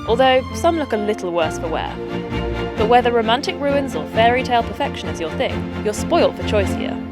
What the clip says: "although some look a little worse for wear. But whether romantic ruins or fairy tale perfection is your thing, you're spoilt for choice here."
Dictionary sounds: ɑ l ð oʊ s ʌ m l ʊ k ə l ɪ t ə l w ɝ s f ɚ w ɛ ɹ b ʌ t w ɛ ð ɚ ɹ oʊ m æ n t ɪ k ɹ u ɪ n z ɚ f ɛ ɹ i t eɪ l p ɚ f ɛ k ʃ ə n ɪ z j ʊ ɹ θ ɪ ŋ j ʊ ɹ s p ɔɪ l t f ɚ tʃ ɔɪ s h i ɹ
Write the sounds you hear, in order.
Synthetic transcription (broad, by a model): ɑ l ð oʊ s ʌ m l ʊ k ə l ɪ t l w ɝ s f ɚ w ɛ b ʌ t w ɛ ð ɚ ɹ oʊ m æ n t ɪ k ɹ u ɪ n z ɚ f ɛ ɹ i t eɪ l p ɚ f ɛ k ʃ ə n ɪ z j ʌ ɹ θ ɪ ŋ j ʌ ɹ s p ɔɪ l t f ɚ tʃ ɔɪ s h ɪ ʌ